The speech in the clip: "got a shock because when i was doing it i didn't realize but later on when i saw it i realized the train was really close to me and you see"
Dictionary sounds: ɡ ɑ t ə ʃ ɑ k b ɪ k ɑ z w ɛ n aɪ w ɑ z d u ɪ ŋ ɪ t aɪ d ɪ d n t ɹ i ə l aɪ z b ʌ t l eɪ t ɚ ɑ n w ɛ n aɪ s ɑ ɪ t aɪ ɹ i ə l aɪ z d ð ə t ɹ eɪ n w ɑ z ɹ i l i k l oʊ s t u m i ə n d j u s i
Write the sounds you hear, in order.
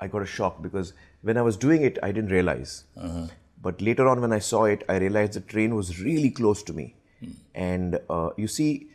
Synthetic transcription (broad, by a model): ɡ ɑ t ə ʃ ɑ k b ɪ k ɑ z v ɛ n aɪ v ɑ z d u ɪ ŋ ɪ t aɪ d ɪ d n t ɹ i ə l aɪ z b ʌ t l eɪ t ɚ ɑ n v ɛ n aɪ s ɑ ɪ t aɪ ɹ i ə l aɪ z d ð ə t ɹ eɪ n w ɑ z ɹ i l i k l oʊ s t u m i ə n d j u s i